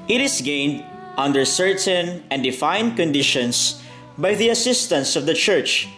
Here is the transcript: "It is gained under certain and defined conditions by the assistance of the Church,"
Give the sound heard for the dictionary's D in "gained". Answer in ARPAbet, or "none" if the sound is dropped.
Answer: D